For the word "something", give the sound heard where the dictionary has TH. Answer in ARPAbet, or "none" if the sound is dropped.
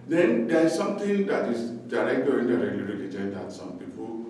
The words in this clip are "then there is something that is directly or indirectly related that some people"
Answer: T